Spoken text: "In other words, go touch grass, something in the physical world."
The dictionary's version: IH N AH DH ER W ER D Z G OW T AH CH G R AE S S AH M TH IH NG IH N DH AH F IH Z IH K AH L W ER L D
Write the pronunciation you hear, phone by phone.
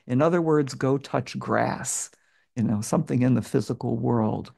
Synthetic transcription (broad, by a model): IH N AH DH ER W ER D Z G OW T AH CH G R AE S S AH M TH IH NG IH N DH AH F IH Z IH K L W ER L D